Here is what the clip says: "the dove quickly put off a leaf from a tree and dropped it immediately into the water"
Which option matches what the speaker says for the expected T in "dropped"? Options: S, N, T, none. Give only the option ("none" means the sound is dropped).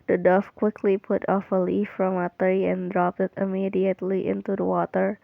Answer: T